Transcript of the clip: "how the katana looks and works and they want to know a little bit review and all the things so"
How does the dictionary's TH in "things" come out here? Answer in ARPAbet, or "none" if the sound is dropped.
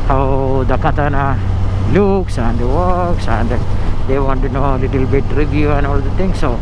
T